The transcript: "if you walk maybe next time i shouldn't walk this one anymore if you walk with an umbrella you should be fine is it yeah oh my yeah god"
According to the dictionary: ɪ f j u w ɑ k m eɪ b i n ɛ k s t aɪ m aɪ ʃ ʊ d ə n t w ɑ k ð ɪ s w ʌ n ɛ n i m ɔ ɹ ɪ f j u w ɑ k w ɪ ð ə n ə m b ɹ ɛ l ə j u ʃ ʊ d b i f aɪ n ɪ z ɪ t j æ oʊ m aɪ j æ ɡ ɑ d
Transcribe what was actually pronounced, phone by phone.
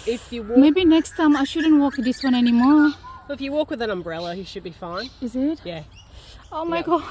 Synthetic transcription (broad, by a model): ɪ f j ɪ w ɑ m eɪ b i n ɛ k s t aɪ m aɪ ʃ ʊ d ə n t w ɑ k ð ɪ s w ʌ n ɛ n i m ɔ ɹ ɪ f j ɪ w ɑ k w ɪ ð ə n ə m b ɹ ɛ l ə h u ʃ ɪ d b i f aɪ n ɪ z ɪ t j æ oʊ m aɪ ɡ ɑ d